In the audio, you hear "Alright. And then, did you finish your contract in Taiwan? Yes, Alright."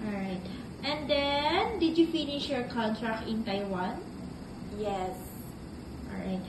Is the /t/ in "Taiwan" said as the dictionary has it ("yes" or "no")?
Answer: yes